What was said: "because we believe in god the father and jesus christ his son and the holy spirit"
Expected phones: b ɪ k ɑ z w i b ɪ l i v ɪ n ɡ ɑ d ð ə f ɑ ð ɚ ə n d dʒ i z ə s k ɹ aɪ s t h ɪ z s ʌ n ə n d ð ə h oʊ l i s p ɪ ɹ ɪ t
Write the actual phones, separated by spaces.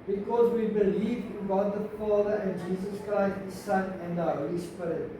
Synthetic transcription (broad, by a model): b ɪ k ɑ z w i b ɪ l i v ɪ n ɡ ɑ d ð ə f ɑ ð ɚ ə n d dʒ i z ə s k ɹ aɪ s t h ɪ s ʌ n ə n d ð ə h oʊ l i s p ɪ ɹ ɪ t